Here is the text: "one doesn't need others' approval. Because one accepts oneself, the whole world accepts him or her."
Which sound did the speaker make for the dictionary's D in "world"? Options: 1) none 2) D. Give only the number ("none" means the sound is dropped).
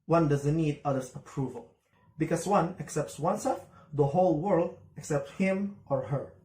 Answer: 2